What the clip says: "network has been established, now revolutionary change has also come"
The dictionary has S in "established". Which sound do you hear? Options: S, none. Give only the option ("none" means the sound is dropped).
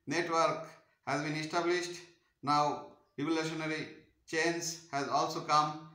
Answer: S